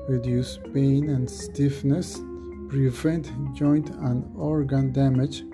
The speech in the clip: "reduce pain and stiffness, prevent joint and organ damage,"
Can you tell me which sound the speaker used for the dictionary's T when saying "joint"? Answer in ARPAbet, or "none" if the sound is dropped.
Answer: T